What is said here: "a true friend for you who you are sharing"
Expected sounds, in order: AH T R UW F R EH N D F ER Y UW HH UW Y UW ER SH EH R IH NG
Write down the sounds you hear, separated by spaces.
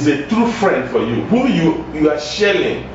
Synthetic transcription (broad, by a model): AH T R UW F R EH N D F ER Y UW HH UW Y UW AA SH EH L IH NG